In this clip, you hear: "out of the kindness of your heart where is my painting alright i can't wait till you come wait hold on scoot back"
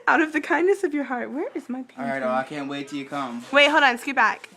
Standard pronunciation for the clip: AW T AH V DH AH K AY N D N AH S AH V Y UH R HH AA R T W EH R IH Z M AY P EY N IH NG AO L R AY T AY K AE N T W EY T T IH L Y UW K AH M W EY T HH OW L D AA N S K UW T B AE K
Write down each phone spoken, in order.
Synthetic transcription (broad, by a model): AW T AH V DH AH K AY N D N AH S AH V Y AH R HH AA R T W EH R IH Z M AY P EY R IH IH R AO AY K AE N T W EY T T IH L Y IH K AH M W EY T HH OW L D AA N S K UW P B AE K